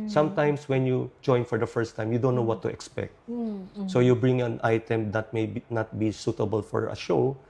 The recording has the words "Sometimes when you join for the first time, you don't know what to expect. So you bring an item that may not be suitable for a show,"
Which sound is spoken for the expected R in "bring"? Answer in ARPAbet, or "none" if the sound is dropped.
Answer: R